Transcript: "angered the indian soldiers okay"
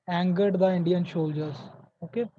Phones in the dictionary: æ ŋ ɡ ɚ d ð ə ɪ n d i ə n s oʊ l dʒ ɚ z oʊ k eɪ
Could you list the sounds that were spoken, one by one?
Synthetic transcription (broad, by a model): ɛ ŋ ɡ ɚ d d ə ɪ n d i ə n ʃ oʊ l dʒ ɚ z oʊ k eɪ